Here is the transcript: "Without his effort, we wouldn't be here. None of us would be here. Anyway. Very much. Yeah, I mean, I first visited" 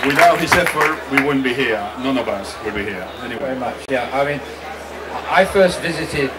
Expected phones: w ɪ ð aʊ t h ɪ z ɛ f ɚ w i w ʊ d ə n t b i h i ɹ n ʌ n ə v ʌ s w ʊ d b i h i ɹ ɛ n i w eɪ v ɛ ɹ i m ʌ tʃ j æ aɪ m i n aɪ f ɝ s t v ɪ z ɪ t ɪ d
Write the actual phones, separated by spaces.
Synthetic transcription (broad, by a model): w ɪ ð aʊ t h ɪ s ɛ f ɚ w i w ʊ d n b i h i ɹ n ʌ n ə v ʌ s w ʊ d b i h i ɹ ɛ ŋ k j v ɛ ɹ i m ʌ tʃ j æ aɪ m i n aɪ f ɝ s t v ɪ z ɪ t ɪ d